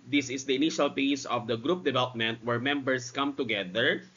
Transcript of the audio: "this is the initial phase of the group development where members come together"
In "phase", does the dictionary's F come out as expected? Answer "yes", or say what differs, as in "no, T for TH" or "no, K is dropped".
no, P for F